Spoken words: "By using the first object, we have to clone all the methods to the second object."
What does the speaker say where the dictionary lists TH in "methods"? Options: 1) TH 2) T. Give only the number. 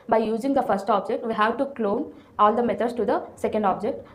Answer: 2